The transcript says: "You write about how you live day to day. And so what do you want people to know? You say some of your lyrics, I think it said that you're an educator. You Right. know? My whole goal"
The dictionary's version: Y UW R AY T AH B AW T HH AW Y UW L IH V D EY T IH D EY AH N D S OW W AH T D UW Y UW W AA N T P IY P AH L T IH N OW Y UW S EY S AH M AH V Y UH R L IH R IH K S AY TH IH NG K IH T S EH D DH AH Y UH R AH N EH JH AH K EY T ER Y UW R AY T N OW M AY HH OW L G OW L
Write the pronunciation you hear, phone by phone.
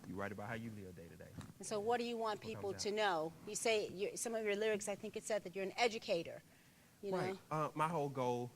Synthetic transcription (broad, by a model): Y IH R AY T AH B AW T HH AW Y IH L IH D EY T IH D EY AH N S OW W AH T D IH Y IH W AA N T P IY P L T IH N OW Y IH S EY S AH M AH V Y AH R L IH R IH K S AY TH IH NG K IH T S EH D DH AH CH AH R AH N EH JH AH K EY T ER Y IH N OW M AY HH OW L G OW L